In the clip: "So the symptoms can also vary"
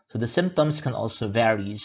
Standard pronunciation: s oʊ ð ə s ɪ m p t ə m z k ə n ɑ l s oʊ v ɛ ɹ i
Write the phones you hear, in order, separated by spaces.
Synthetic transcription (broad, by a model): s oʊ ð ə s ɪ m p t ə m z k ə n ɑ l s oʊ v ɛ ɹ i